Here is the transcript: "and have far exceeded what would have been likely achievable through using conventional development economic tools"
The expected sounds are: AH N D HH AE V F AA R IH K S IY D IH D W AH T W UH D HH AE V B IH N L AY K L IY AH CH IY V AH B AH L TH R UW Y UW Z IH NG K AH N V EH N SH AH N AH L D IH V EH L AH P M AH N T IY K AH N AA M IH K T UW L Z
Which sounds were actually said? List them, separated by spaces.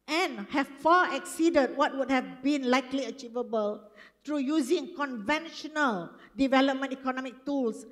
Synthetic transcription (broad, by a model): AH N HH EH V F AA IH K S IY D IH D W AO T W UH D HH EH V B IH N L AY K L IY AH CH IY V AH B AH L T R UW Y UW Z IH NG K AH N V EH N SH AH N AH L D IH V EH L AH P M AH N T IY K AH N AA M IH K T UW L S